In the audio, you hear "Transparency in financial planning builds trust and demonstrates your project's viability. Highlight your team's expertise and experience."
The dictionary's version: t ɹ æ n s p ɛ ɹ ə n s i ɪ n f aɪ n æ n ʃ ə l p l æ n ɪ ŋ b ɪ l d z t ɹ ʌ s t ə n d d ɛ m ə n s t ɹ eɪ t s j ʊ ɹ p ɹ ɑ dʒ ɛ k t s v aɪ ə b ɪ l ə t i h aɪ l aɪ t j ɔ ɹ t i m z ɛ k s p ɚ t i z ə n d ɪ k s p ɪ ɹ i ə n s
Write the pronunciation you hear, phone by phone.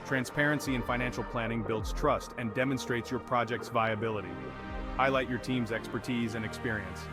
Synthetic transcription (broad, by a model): t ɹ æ n s p ɛ ɹ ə n s i ɪ n f aɪ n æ n ʃ l p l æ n ɪ ŋ b ɪ l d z t ɹ ʌ s t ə n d d ɛ m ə n s t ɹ eɪ t s j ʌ ɹ p ɹ ɑ dʒ ɛ k t s v aɪ ə b ɪ l ə t i h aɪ l aɪ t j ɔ ɹ t i m z ɛ k s p ɚ t i z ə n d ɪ k s p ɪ ɹ i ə n s